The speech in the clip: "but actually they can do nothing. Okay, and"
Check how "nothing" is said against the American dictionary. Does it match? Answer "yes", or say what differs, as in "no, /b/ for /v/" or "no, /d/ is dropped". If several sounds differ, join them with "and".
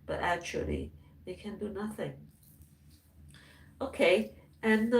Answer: yes